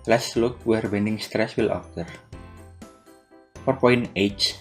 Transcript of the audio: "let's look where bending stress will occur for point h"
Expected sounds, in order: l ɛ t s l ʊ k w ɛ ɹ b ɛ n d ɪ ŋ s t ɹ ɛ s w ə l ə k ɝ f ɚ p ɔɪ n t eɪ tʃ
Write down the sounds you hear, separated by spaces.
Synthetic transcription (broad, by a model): l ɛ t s l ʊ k w ɛ ɹ b ɛ n d ɪ ŋ s t ɹ ɛ s w ə l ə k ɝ p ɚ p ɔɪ n eɪ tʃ